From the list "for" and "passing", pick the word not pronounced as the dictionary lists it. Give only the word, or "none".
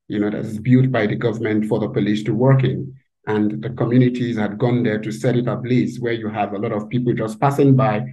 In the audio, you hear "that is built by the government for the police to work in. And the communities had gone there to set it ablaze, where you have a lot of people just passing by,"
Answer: none